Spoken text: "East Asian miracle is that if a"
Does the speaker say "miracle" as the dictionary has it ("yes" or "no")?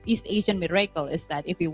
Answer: yes